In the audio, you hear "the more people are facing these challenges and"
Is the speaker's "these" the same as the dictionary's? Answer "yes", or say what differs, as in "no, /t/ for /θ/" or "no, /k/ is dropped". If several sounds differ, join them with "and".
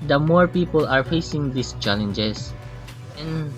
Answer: no, /s/ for /z/